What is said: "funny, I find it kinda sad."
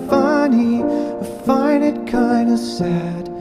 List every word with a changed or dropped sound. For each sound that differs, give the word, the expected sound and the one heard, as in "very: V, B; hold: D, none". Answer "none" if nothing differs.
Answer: find: D, none